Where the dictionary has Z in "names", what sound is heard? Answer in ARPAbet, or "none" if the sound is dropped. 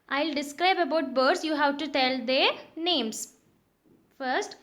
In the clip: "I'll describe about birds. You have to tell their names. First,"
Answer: S